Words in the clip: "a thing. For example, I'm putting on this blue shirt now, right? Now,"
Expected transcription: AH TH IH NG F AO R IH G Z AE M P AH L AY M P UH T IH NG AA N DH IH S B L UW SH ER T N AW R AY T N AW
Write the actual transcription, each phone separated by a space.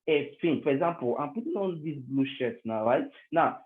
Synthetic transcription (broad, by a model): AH F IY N F AO R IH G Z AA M P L AY M P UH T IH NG AA N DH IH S B L UW SH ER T N AW R AY T N AW